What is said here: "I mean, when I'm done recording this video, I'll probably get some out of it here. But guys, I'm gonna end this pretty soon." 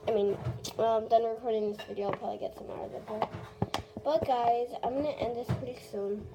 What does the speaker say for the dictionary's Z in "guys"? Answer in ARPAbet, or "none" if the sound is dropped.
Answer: Z